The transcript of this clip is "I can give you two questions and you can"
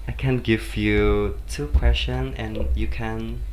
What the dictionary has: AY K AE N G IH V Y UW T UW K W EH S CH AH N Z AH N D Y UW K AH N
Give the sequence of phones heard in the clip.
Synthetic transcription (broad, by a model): AY K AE N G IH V Y UW T UW K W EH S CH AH N AH N Y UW K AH N